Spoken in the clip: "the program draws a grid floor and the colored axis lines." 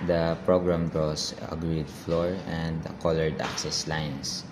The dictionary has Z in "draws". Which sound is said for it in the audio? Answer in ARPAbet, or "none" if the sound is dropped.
S